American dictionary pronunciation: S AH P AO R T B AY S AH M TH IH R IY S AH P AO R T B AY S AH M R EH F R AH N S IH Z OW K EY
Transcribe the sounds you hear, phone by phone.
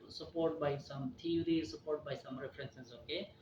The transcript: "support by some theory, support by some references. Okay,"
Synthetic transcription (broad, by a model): S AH P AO R T B AY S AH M T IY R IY S AH P AO R T B AY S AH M R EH P R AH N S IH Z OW K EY